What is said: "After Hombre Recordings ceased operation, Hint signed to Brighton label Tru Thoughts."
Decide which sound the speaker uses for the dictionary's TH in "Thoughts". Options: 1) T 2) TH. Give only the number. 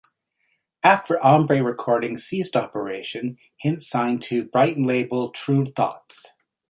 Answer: 2